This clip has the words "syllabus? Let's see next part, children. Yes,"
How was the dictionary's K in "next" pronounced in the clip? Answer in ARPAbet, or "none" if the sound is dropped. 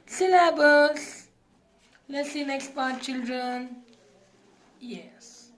K